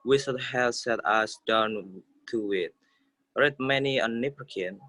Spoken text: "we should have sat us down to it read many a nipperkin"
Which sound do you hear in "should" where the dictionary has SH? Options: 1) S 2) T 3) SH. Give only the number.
1